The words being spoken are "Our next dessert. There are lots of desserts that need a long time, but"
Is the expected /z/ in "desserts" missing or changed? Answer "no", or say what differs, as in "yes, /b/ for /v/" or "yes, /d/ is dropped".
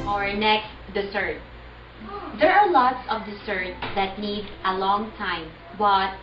yes, /s/ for /z/